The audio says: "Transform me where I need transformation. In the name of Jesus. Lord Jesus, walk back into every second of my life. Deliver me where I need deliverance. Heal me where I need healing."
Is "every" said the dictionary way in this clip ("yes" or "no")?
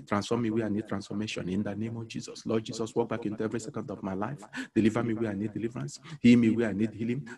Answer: yes